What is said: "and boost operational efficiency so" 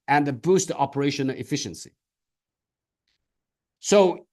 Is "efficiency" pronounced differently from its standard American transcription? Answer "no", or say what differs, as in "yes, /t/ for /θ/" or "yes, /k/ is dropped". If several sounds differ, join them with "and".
no